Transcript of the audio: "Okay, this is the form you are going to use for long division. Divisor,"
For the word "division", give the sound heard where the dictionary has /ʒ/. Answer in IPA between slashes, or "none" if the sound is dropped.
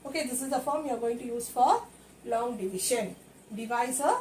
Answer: /ʃ/